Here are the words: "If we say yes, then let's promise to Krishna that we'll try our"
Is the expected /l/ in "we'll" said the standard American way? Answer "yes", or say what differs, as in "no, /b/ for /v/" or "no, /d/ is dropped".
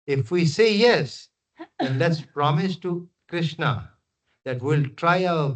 yes